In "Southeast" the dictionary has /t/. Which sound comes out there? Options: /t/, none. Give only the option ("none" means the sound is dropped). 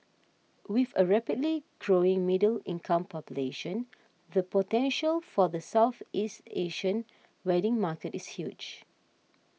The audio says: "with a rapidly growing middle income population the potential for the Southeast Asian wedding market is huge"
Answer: /t/